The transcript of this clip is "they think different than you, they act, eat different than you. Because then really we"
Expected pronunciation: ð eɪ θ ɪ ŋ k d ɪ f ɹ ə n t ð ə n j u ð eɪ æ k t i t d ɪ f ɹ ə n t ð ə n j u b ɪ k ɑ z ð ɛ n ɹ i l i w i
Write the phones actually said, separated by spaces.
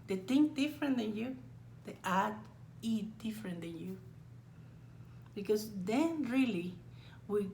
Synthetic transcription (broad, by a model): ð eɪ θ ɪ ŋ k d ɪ f ɹ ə n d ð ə n j u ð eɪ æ t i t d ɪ f ɹ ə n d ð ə n j u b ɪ k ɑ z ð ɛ n ɹ i l i w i